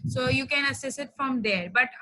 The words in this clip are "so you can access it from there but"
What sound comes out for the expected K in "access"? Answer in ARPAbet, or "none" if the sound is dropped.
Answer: none